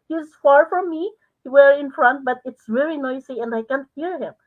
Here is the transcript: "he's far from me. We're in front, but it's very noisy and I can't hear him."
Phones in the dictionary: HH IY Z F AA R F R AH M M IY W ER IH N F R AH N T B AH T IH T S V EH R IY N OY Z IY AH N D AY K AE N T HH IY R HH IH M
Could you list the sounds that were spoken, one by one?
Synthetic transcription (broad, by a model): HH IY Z F AA R F R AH M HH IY W ER IH N F R AH N T B AH T IH T S V EH R IY N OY S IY AH N D AY K AE N T HH IY R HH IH M